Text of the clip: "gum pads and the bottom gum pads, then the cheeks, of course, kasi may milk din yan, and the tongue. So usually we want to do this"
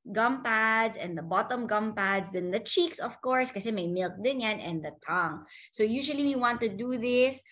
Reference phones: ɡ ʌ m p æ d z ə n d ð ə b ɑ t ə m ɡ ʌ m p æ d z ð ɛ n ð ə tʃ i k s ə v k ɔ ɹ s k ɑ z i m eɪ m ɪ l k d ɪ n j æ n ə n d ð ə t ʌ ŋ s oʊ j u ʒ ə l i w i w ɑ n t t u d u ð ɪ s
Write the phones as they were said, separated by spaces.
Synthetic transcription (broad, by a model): ɡ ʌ m p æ d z ə n d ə b ɑ t ə m ɡ ʌ m p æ d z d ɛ n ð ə tʃ i k s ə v k ɔ ɹ s k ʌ s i m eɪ m ɪ l k d ɪ n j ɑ n ə n d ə t ʌ ŋ s oʊ j u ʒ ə l i w i w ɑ n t t u d u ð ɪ s